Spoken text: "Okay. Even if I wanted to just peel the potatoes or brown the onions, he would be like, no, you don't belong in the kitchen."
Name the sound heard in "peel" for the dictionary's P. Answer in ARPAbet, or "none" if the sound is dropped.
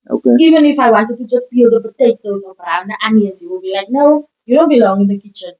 B